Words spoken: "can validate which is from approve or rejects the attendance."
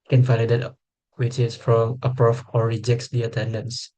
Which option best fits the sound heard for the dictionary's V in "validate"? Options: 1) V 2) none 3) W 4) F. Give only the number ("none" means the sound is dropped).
4